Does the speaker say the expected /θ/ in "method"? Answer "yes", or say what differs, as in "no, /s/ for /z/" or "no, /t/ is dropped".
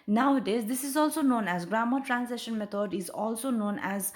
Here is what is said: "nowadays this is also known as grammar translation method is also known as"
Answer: no, /t/ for /θ/